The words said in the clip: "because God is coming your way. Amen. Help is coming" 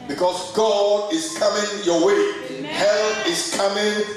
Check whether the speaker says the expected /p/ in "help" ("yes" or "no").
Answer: no